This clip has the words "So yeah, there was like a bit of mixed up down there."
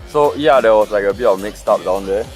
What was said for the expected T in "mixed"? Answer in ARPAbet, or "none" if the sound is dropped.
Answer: T